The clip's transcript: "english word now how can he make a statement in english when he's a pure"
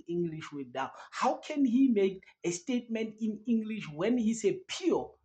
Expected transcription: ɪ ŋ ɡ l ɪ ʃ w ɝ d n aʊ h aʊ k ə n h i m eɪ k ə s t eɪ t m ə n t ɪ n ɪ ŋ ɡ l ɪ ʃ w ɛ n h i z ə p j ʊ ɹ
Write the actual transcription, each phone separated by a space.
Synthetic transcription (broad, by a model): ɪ ŋ ɡ l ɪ ʃ w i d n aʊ h aʊ k ə n h i m eɪ k ə s t eɪ t m ə n t ɪ n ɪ ŋ ɡ l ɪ ʃ w ɛ n h i s ə p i